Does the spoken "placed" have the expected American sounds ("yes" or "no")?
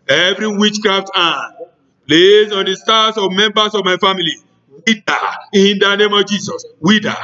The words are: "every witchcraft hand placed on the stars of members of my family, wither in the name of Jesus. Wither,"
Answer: no